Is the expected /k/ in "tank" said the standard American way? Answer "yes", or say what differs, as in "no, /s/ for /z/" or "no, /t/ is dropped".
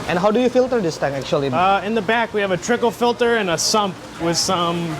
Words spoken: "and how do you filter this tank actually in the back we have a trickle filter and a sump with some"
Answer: no, /k/ is dropped